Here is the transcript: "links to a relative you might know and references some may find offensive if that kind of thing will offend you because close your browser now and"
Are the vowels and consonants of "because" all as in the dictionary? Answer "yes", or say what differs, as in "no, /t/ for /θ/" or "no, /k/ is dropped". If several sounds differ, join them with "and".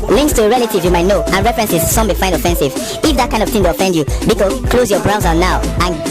no, /z/ is dropped